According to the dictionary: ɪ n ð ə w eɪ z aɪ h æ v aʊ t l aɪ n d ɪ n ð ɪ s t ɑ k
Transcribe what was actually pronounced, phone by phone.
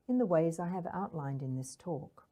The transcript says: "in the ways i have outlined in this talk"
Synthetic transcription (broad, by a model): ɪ n ð ə w eɪ z aɪ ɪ v aʊ t l aɪ n d ɪ n ð ɪ s t ɑ k